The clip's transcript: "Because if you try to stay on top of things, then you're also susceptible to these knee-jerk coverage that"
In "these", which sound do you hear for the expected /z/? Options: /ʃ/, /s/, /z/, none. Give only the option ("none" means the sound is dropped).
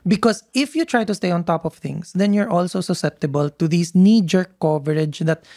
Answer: /s/